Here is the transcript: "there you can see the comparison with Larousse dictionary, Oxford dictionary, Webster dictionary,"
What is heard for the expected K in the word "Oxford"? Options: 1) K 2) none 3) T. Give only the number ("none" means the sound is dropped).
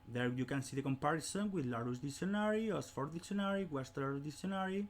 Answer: 2